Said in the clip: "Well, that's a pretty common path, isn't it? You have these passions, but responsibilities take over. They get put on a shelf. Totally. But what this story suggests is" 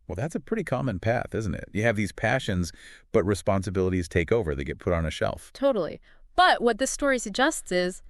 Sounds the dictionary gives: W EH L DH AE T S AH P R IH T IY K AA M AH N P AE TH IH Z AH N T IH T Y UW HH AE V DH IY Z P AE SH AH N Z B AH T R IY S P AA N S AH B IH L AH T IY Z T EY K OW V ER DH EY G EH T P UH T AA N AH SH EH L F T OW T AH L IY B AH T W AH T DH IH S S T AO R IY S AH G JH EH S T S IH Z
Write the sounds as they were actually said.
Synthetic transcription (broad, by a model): W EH L DH AE T S AH P R IH T IY K AA M AH N P AE TH IH Z N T IH T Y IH V DH IY Z P AE SH AH N Z B AH T R IY S P AA N S AH B IH L AH T IY Z T EY K OW V ER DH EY G EH T P UH T N AH SH EH L F T OW T L IY B AH T W AH T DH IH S S T AO R IY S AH JH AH S T S IH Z